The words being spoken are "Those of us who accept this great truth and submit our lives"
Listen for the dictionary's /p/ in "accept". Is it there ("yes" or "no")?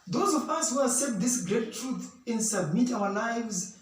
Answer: no